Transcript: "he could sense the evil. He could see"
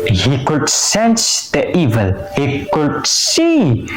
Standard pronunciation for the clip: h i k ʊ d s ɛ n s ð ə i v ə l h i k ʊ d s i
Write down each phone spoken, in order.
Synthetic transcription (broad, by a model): h i k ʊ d s ɛ n s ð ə i v ə l h i k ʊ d s i